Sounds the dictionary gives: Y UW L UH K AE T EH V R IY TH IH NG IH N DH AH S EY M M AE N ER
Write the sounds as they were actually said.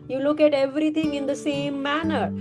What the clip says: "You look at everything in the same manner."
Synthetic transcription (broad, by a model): Y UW L UH K AE T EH V R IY T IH NG IH N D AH S EY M M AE N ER